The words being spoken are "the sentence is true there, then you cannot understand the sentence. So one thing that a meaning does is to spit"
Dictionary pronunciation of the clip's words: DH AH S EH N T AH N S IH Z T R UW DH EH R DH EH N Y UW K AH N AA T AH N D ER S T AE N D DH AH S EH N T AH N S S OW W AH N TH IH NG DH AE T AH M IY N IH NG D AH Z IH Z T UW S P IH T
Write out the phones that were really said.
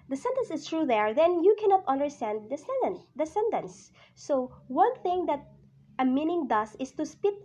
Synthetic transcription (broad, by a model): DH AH S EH N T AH N S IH S T R UW DH EH R DH EH N Y UW K AH N AA T AH N D ER S T AE N D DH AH S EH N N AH N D S OW W AH N TH IH NG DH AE T AH M IY N IH NG D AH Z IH S T UW S P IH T